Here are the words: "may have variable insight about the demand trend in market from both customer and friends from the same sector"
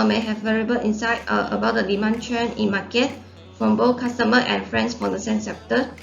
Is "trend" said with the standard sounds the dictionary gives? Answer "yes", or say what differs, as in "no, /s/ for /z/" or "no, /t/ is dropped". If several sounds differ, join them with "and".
no, /d/ is dropped